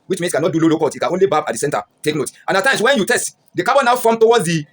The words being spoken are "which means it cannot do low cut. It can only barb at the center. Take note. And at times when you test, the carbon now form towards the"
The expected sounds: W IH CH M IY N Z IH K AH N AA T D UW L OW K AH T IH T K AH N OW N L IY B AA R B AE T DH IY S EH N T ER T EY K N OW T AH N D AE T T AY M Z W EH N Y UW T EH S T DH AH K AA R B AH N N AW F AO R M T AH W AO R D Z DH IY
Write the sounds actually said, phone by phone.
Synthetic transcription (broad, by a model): W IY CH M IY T K AH N AA T D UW L OW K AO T IH T K AH N OW N L IY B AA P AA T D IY S EH N T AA T EY K N OW T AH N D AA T T AY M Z W EH N Y UW T EH S T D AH K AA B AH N N AW F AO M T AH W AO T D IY